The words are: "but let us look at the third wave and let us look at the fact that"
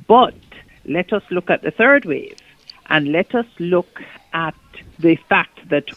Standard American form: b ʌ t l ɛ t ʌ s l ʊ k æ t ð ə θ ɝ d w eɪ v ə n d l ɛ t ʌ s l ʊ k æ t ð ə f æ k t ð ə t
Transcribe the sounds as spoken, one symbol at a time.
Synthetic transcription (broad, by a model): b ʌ t l ɛ t ʌ s l ʊ k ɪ t ð ə θ ɝ d w eɪ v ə n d l ɛ t ʌ s l ʊ k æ t ð ə f æ k t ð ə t